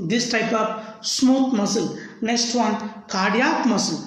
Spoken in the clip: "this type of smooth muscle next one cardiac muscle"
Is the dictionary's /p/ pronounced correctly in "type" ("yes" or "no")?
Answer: yes